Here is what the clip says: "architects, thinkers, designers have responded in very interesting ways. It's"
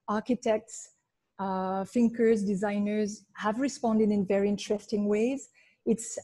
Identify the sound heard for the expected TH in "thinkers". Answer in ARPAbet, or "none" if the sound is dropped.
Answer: F